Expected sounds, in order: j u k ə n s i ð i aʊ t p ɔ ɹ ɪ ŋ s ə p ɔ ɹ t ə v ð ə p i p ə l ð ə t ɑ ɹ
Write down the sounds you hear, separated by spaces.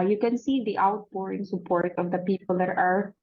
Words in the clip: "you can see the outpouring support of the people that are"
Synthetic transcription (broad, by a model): j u k ə n s i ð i aʊ t b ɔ ɹ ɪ ŋ s ə p ɔ ɹ t ə v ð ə p i p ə l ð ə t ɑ ɹ